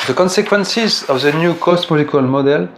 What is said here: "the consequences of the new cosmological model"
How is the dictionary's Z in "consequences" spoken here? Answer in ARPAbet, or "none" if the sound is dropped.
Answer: Z